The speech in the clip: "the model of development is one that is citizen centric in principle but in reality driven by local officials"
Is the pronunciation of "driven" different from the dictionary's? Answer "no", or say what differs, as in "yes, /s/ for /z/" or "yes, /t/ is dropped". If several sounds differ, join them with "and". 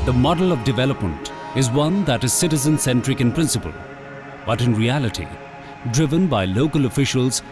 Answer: no